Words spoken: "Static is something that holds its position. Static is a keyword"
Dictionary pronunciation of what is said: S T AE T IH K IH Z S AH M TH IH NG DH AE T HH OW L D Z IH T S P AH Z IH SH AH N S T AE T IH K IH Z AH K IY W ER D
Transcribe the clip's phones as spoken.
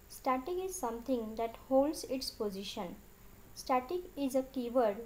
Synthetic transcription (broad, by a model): S T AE T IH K IH Z S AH M T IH NG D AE T HH OW L D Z IH T S P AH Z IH SH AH N S T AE T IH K IH Z AH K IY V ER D